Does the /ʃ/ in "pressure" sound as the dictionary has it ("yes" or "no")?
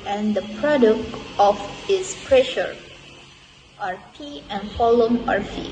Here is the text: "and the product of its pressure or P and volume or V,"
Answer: yes